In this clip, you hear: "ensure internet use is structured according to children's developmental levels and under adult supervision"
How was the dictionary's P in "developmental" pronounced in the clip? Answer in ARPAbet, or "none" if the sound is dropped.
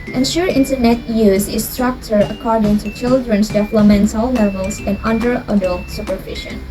none